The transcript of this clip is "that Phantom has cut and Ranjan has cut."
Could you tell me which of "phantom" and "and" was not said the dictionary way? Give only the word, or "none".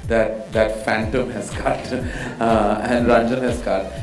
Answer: none